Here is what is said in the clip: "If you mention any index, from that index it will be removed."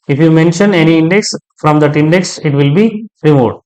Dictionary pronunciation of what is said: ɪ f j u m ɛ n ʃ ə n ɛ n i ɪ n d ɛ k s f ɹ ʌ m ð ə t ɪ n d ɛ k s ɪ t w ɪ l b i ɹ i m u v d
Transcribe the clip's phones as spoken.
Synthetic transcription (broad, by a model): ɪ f j u m ɛ n ʃ ə n ɛ n i ɪ n d ɛ k s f ɹ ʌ m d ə t ɪ n d ɛ k s ɪ t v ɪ l b i ɹ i m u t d